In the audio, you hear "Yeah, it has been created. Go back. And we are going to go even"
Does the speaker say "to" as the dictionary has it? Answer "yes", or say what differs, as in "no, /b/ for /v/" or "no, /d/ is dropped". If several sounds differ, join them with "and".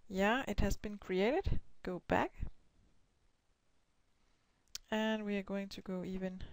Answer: yes